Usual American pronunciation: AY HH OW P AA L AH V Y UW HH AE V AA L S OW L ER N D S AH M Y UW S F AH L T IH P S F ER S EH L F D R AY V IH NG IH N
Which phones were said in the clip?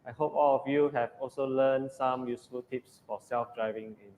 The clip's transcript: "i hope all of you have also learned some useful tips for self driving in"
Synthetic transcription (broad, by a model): AY HH OW P AA L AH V Y UW HH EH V AA L S OW L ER N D S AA M Y UW S F AH L T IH P S F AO S EH L F D R AY V IH NG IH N